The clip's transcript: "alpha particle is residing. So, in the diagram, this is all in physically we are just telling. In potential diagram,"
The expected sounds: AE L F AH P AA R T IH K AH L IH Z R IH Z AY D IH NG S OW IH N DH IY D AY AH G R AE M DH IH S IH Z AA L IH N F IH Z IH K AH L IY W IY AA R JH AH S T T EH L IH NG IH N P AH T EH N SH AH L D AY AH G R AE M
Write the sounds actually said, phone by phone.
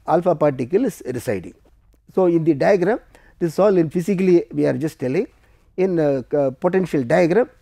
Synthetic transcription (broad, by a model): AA L F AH P AA R T IH K AH L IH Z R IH S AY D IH NG S OW IH N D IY D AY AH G R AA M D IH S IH S AA L IH N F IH S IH K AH L IY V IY AA R JH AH S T T EH L IH NG IH N P AH T EH N SH AH L D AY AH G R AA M